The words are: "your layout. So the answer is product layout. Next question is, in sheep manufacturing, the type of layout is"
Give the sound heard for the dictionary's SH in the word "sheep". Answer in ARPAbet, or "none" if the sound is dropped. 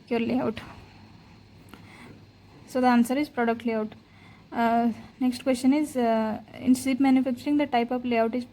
S